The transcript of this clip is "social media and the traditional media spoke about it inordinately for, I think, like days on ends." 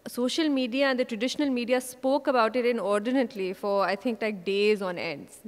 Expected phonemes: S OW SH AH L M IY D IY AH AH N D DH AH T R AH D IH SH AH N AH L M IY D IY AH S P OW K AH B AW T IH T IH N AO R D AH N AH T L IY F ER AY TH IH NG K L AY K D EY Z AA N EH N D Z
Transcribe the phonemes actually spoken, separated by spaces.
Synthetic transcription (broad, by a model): S OW SH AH L M IY D IY AH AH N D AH T R AH D IH SH AH N AH L M IY D IY AH S P OW K AH B AW T IH T IH N AO R D AH N AH T L IY F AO AY T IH NG K L AY K D EY Z AA N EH N D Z